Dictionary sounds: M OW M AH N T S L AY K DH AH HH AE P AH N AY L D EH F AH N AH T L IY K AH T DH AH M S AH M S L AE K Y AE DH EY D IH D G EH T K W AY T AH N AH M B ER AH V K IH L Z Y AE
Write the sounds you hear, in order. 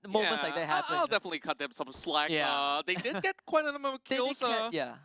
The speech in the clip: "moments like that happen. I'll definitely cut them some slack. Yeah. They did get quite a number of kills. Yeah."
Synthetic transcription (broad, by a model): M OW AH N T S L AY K DH AH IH AH AY L D EH F AH N AH T L IY K AH T DH AH M S AH M S L AE K Y AE DH EY D IH D G EH T K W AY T AH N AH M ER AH K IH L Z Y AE